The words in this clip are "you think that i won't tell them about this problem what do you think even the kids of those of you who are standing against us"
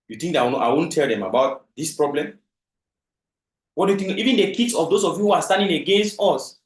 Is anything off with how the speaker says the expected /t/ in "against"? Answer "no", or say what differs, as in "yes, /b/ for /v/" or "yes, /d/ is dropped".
no